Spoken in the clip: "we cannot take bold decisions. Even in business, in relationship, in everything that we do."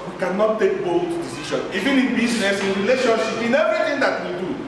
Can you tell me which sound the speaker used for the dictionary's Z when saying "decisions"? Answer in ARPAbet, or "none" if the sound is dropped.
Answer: none